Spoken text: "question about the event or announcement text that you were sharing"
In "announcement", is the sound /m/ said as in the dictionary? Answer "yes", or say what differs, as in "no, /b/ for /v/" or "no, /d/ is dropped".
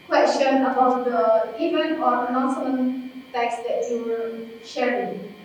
no, /m/ is dropped